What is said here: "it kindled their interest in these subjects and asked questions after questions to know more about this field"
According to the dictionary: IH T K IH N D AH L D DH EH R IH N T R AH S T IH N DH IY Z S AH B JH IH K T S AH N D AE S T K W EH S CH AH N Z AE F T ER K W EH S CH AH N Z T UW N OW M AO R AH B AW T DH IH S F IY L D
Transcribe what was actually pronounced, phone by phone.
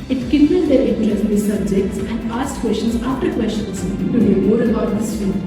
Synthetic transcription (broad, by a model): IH T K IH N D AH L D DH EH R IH T AH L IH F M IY S AH B JH IH K T S AH N D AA S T K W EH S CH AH N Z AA F T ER K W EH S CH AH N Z T UW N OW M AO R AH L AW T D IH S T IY